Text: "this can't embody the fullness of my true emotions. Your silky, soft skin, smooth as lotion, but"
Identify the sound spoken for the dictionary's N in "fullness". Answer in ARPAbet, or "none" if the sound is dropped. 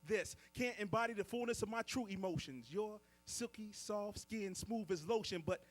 N